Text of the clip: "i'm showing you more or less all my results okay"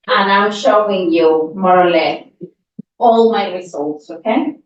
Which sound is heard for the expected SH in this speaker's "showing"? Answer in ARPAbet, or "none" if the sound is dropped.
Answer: SH